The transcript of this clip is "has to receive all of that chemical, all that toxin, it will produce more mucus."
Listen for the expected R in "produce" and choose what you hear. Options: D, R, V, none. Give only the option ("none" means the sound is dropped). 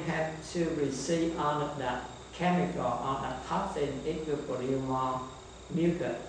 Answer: none